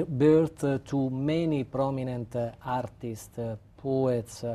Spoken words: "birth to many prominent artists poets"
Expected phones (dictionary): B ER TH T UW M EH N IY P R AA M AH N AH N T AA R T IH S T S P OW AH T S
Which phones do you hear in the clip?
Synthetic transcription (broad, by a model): B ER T T UW M EH N IY P R AA M AH N AH N T AA R T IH S T P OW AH T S